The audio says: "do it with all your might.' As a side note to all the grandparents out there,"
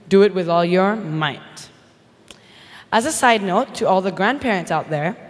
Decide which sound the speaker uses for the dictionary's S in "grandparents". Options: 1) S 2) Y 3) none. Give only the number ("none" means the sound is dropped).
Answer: 1